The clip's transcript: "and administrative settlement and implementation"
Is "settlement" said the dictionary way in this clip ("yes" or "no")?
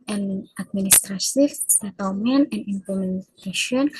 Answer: no